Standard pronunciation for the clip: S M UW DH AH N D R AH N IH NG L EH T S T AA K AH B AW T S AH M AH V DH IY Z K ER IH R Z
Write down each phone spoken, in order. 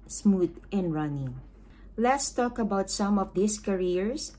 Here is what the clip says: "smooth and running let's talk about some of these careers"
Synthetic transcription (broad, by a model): S M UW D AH N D R AH N IH NG L EH T S T AA K AH B AW T S AH M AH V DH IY S K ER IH R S